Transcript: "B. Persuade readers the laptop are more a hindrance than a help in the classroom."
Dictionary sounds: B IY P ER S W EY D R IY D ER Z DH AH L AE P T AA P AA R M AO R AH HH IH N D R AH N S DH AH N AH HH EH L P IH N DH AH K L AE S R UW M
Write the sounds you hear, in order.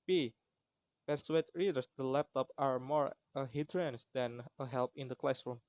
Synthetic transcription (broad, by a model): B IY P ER S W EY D R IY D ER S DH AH L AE P T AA P AA R M AO R AH HH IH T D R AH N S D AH N AH HH EH L P IH N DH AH K L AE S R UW M